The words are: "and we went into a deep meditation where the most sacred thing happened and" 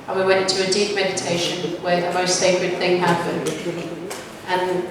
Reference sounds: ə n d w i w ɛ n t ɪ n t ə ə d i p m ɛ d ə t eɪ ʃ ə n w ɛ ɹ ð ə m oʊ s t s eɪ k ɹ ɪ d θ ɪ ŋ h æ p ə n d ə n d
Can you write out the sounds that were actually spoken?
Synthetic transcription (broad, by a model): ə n w i w ɛ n n t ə ə d i p m ɛ d ə t eɪ ʃ ə n w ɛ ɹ ð ə m oʊ s t s eɪ k ɹ ɪ d θ ɪ ŋ h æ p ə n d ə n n